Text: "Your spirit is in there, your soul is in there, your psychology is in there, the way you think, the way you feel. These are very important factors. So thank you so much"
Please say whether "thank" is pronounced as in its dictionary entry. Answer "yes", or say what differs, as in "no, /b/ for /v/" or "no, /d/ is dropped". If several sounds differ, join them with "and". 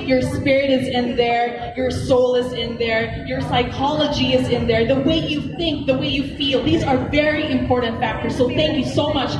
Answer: yes